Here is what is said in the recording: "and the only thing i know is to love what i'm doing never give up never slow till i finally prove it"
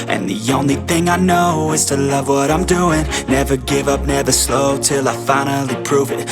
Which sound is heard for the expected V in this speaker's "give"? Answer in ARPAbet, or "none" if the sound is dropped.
V